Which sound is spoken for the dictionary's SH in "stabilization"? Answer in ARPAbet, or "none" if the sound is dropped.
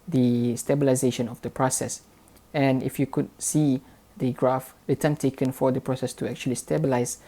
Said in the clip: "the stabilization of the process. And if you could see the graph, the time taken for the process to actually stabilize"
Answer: SH